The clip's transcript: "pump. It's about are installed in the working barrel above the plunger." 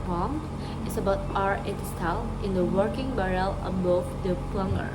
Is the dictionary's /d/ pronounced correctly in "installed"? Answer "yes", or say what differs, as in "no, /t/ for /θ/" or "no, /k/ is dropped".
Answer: no, /d/ is dropped